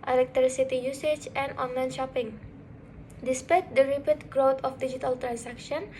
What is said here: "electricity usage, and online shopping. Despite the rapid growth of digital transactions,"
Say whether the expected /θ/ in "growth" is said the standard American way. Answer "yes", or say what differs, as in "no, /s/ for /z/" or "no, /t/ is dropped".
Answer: no, /t/ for /θ/